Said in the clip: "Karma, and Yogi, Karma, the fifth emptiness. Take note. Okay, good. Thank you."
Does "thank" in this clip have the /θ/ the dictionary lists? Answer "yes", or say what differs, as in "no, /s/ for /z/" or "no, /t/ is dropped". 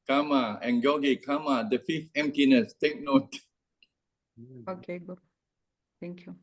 no, /t/ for /θ/